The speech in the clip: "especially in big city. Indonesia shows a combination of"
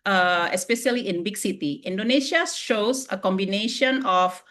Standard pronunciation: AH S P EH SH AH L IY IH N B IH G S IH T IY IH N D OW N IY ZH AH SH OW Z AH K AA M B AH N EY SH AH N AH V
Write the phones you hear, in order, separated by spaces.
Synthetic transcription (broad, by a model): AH S P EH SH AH L IY IH N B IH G S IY T IY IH N D OW N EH SH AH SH OW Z AH K AA M B AH N EY SH AH N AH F